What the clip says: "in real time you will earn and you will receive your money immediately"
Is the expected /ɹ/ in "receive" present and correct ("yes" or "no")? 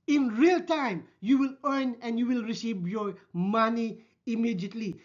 yes